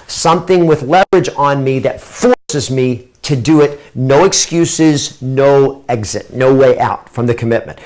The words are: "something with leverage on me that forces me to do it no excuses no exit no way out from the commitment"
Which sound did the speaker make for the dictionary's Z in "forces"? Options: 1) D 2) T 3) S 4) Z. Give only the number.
4